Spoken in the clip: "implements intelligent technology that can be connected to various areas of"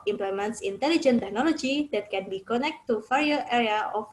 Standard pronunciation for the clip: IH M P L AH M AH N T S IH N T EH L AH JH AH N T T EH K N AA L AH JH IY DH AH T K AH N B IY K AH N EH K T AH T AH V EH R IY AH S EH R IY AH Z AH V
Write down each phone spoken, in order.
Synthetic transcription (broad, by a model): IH M P L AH M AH N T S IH N T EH L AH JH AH N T T EH K N AA L AH JH IY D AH T K AH N B IY K AH N EH K T AH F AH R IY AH EH R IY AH AH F